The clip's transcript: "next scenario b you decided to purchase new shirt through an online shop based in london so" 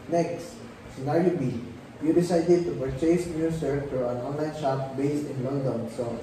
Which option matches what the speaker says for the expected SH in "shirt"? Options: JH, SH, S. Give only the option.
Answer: S